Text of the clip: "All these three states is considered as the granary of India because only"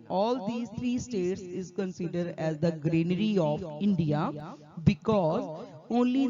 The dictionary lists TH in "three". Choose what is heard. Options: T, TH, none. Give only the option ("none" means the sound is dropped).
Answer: T